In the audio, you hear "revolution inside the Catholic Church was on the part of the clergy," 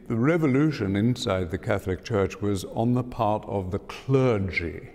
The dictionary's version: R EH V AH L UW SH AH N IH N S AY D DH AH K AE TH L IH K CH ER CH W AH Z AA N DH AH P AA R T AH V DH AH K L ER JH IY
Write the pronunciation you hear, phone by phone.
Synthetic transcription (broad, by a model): R EH V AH L UW SH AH N IH N S AY D DH AH K AE TH L IH K CH ER CH W AH Z N DH AH P AA R T AH V DH AH K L ER JH IY